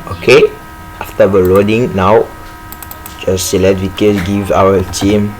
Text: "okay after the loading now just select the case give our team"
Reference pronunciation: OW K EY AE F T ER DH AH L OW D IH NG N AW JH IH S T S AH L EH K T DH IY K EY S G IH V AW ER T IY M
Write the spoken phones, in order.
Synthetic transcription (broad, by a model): OW K EY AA F T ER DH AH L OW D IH NG N AW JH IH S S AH L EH T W IY K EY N G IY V AW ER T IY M